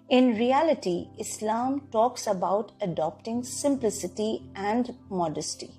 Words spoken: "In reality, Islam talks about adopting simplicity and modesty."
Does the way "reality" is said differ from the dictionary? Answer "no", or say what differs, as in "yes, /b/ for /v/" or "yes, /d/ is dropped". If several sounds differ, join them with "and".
no